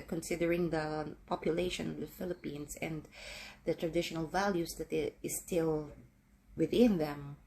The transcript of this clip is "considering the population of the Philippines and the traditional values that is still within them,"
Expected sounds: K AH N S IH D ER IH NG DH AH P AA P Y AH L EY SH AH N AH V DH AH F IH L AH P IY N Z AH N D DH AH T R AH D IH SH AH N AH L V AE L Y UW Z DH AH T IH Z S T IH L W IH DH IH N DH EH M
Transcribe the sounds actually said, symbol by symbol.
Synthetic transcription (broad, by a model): K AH N S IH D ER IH NG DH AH P AA P Y AH L EY SH AH N AH V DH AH F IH L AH P IY N S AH N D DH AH T R AH D IH SH AH N AH L V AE L Y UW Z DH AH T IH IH S T IH L W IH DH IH N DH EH M